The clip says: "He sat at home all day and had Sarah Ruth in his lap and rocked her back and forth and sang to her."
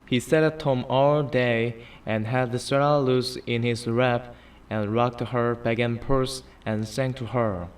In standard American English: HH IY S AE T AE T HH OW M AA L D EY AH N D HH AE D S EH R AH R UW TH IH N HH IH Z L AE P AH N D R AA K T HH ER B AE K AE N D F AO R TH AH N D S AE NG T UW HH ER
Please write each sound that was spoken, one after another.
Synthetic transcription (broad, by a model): HH IY S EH T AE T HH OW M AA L D EY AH N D HH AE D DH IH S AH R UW S IH N HH IH Z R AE P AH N R AA K T HH ER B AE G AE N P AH R S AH N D S AE NG T UW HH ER